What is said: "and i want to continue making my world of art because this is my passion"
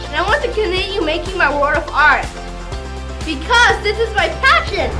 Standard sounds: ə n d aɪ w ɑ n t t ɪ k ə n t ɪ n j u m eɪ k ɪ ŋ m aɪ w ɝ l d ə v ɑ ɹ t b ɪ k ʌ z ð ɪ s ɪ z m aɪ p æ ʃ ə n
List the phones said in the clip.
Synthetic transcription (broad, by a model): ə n aɪ w ɑ n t t ɪ k ə n t ɪ n j u m eɪ k ɪ ŋ m aɪ w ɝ d ə v ɑ ɹ t b ɪ k ʌ z ð ɪ s ɪ z m aɪ p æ ʃ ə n